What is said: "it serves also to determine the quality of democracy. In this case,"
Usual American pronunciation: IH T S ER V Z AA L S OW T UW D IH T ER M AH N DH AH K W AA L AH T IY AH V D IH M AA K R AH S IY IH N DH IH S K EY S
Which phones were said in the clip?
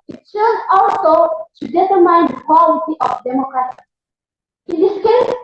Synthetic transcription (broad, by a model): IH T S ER Z AA L S OW T UW D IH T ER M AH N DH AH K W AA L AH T IY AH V D IH M AA K R AH S IY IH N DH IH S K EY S